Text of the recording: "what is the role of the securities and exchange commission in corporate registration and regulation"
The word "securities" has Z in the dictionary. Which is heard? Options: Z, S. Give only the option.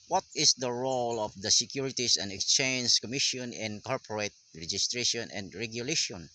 S